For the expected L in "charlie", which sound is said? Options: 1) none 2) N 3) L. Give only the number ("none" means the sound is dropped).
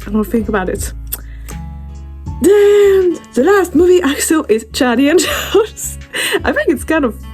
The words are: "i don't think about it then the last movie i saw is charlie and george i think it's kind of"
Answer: 1